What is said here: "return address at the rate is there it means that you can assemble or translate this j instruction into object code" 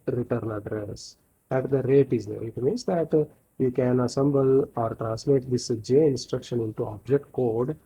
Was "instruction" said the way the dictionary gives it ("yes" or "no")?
yes